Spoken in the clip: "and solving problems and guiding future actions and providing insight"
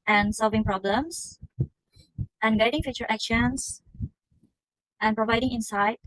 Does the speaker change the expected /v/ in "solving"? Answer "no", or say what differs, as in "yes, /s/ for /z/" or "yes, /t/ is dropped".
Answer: no